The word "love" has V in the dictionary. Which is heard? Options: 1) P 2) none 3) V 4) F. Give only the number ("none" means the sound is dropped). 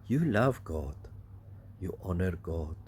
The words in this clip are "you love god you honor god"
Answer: 3